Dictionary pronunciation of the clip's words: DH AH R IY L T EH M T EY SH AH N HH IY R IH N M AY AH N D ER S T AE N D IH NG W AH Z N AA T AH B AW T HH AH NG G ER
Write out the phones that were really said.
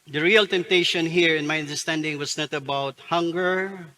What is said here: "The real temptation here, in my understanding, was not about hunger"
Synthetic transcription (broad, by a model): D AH R IY L T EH M T EY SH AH N HH IY R IH N M AY AH N D ER S T AE N D IH NG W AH S N AA T AH B AW T HH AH NG G ER